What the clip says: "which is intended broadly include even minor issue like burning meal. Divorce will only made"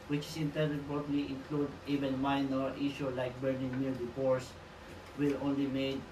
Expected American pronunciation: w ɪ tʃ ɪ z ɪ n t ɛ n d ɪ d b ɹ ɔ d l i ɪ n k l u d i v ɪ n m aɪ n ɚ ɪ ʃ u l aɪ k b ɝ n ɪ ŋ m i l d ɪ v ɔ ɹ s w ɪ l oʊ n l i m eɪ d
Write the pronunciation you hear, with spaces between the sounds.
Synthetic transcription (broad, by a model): w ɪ tʃ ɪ s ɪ n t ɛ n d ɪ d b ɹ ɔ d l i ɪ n k l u d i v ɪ n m aɪ n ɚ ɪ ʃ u l aɪ k b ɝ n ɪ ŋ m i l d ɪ p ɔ ɹ s w ɪ l oʊ n l i m eɪ d